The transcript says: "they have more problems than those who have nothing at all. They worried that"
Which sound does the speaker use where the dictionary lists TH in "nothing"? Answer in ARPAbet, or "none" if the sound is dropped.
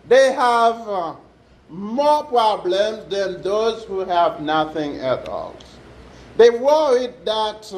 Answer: TH